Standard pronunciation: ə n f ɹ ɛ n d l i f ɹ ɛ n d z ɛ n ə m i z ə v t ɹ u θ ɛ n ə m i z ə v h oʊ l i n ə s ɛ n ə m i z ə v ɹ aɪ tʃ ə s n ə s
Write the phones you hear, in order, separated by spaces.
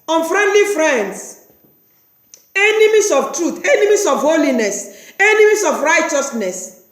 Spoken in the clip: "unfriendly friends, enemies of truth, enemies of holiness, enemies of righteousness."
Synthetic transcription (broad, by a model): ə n f ɹ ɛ n d l i f ɹ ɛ n d s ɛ n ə m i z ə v t ɹ u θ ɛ n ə m i s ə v h oʊ l i n ə s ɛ n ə m i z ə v ɹ aɪ tʃ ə s n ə s